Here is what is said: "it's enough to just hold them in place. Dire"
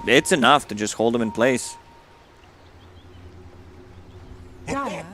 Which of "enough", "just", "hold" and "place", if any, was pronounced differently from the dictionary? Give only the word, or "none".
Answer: none